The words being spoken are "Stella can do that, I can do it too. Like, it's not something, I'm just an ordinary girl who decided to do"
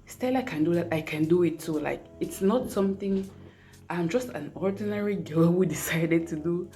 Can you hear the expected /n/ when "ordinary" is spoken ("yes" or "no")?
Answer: yes